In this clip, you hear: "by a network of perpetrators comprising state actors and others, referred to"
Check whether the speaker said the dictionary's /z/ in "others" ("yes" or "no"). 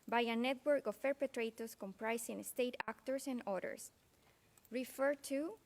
no